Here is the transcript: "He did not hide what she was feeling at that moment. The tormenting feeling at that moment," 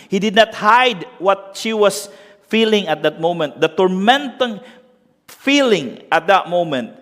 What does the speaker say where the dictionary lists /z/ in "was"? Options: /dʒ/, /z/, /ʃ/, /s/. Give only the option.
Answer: /s/